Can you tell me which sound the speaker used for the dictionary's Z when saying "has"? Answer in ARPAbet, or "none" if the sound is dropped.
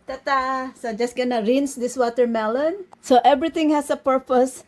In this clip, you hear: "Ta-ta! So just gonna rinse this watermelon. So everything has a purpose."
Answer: S